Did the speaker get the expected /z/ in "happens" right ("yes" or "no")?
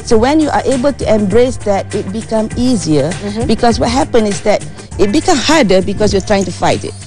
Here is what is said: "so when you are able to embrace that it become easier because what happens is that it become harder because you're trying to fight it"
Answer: no